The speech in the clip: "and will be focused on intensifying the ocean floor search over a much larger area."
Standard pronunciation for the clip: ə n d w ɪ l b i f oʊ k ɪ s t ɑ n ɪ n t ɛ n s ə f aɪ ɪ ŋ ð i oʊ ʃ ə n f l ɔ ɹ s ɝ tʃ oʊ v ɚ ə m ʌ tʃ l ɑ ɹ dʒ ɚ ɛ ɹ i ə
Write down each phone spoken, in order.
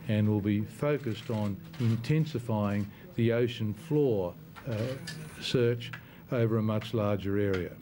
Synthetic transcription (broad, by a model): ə n w ɪ l b i f oʊ k ɪ s t n ɪ n t ɛ n s ə f aɪ ɪ ŋ ð i oʊ ʃ ə n f l ɔ ɹ s ɝ tʃ oʊ v ɚ ə m ʌ tʃ l ɑ ɹ dʒ ɚ ɛ ɹ i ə